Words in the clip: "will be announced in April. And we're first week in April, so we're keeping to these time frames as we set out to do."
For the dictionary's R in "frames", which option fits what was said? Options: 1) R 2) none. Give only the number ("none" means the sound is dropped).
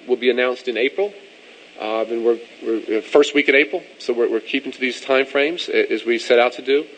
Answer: 1